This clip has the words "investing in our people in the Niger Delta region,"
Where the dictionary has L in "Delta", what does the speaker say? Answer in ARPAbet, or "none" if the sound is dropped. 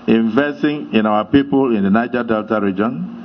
L